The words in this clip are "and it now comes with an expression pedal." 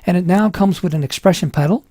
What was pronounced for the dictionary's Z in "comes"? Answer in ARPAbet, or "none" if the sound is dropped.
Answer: Z